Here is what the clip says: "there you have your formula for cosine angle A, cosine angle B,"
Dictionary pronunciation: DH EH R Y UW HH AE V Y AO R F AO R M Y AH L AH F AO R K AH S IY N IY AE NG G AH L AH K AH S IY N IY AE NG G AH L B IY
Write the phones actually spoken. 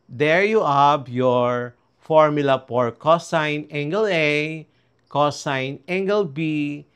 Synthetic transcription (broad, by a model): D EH R Y UW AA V Y AO R F AO R M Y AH L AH P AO R K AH S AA N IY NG G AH L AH K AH S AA N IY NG G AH L B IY